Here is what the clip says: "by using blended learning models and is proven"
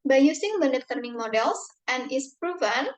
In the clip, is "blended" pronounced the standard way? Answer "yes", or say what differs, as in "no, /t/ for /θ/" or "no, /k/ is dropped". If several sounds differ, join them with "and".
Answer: no, /l/ is dropped